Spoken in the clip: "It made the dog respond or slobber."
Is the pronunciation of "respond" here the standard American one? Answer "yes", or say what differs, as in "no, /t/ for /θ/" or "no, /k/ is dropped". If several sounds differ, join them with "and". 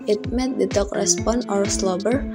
no, /d/ is dropped